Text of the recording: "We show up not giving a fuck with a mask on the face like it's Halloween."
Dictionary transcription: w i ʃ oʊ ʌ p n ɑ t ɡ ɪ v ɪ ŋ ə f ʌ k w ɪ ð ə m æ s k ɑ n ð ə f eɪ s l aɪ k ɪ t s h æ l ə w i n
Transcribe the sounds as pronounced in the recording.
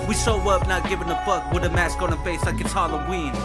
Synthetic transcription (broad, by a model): w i s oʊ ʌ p n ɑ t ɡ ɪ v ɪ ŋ ə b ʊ k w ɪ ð ə m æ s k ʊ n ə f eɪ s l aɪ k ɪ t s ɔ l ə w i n